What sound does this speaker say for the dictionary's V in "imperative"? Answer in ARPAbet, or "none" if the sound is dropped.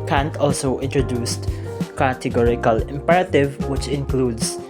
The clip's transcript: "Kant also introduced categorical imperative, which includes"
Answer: V